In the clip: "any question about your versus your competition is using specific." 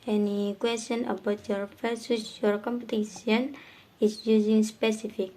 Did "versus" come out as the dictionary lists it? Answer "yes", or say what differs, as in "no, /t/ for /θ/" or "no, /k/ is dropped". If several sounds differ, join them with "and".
no, /f/ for /v/